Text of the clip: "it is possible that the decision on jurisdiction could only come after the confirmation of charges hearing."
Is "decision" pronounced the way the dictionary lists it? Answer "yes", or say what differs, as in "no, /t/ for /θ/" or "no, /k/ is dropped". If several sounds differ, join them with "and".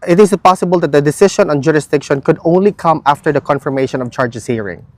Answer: no, /ʃ/ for /ʒ/